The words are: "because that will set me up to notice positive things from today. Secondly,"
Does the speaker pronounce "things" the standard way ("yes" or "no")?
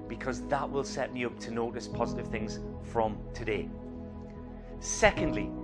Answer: yes